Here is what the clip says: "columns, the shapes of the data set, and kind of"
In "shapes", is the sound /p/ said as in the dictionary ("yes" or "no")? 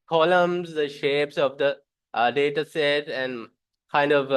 yes